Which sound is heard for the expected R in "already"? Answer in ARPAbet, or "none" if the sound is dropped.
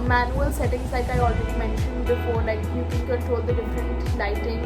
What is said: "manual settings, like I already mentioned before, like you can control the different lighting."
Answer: W